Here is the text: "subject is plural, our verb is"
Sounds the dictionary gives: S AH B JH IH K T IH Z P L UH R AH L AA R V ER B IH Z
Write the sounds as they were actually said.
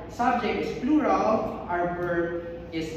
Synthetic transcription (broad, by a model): S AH B JH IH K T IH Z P L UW R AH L AA R B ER IH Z